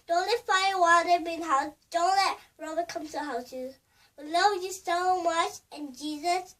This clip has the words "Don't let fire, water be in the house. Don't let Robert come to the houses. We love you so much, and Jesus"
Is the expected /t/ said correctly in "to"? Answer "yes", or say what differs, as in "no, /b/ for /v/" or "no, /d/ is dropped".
no, /s/ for /t/